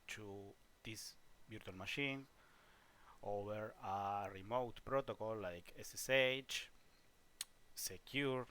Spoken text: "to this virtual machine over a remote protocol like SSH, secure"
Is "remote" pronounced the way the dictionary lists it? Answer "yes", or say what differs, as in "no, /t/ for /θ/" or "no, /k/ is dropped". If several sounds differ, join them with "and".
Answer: yes